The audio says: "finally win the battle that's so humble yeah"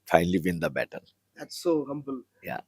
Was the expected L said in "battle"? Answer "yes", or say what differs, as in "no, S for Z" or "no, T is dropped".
no, N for L